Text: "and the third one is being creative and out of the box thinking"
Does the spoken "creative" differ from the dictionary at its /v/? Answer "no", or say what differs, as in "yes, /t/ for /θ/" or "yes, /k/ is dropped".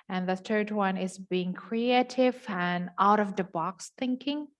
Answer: no